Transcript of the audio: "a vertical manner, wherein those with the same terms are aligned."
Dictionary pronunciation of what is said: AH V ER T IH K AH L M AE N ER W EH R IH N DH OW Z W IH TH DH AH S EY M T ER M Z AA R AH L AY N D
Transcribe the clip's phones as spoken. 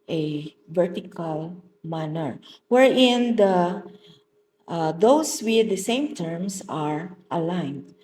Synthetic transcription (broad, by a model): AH V ER T IH K AH L M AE N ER W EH R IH N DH OW S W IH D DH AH S EY M T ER M S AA R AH L AY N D